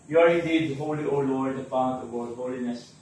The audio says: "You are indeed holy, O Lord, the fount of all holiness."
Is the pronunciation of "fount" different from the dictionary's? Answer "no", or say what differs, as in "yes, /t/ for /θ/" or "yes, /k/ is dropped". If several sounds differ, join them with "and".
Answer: yes, /p/ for /f/